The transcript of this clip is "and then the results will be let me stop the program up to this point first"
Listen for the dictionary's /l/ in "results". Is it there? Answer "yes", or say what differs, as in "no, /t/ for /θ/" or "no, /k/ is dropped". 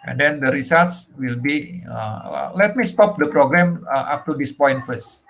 no, /l/ is dropped